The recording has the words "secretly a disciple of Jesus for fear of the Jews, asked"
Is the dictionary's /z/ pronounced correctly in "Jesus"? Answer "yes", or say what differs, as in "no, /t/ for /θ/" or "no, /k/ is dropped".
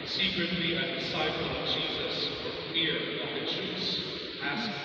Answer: yes